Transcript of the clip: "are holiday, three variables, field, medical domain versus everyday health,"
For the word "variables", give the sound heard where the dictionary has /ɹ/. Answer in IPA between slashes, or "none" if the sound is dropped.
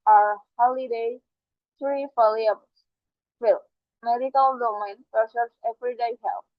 /l/